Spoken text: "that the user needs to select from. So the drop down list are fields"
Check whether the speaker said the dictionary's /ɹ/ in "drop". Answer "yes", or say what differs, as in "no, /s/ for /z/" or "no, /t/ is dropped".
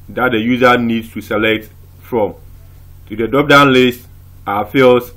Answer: no, /ɹ/ is dropped